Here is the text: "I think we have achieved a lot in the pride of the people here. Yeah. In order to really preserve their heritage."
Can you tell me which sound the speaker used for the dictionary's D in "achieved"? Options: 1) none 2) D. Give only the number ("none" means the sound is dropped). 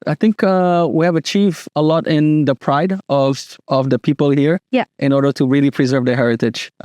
1